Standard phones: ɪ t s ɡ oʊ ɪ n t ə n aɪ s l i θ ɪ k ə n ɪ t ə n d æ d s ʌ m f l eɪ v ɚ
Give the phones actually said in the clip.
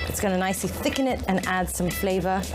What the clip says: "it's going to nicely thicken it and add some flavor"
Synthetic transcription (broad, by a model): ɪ t s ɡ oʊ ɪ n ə n aɪ s l i θ ɪ k ə n ɪ t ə n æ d s ʌ m f l eɪ v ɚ